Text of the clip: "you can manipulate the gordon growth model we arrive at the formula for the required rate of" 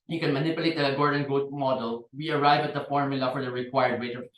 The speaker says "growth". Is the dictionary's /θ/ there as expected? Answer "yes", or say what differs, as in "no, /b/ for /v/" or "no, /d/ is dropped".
no, /t/ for /θ/